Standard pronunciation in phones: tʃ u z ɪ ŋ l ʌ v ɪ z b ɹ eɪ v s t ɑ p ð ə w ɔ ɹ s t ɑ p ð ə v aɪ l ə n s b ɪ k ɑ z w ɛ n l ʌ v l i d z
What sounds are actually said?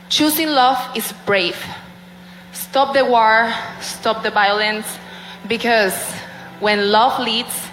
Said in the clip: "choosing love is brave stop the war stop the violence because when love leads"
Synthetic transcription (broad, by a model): tʃ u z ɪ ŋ l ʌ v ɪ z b ɹ eɪ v s t ɑ p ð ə w ɔ ɹ s t ɑ p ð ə v aɪ l ə n s b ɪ k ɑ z w ɛ n l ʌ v l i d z